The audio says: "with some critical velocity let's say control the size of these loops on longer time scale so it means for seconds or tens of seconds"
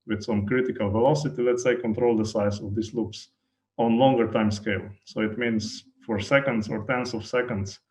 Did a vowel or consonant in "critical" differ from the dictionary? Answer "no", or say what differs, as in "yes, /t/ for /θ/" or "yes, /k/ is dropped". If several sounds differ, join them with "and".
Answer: no